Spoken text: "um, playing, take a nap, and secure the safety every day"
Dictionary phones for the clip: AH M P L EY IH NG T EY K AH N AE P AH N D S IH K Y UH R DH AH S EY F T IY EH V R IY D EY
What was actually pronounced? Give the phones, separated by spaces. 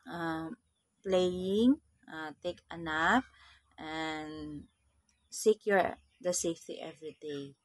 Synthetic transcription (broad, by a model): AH M P L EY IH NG T EY K AH N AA F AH N S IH K Y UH R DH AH S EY F T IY EH V R IY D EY